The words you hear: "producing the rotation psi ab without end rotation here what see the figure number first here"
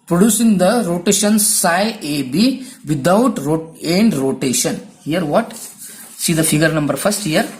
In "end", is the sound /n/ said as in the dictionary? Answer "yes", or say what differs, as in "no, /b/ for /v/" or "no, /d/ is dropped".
yes